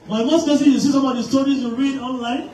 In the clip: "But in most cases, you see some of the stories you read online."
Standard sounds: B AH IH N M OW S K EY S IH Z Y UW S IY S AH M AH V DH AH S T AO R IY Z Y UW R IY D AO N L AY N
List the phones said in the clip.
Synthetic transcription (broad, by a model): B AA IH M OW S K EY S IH Y UW S IY S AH M AH V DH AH S T AO R IY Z Y UW R IY D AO N L AY N